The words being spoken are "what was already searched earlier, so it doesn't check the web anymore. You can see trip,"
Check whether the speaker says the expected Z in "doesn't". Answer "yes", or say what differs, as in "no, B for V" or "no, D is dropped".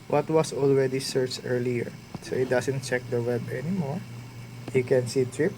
no, S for Z